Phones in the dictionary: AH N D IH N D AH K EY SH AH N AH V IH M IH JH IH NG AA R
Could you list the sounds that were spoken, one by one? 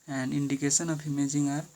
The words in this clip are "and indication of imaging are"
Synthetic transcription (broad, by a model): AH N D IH N D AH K EY S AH N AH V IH M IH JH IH NG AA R